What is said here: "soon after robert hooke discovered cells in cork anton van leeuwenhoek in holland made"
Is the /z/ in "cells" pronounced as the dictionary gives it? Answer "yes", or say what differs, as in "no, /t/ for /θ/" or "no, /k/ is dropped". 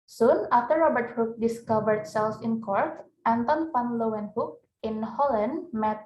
no, /s/ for /z/